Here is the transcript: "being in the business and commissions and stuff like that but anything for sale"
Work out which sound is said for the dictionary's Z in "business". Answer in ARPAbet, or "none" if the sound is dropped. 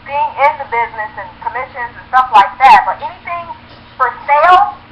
Z